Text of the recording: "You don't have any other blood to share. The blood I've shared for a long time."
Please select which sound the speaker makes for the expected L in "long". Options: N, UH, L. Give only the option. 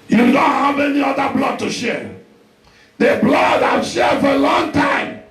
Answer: L